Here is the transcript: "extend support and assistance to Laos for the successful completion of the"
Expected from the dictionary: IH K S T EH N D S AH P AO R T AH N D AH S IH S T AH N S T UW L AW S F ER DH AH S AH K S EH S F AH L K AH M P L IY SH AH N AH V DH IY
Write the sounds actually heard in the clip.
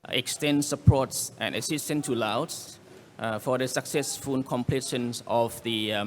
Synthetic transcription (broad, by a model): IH K S T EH N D S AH P AO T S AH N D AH S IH S T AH N T UW L AW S F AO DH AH S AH K S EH S F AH N K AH M P L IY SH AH N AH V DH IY